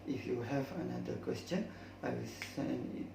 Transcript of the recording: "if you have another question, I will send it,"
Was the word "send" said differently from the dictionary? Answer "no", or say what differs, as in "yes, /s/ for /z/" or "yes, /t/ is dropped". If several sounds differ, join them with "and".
yes, /d/ is dropped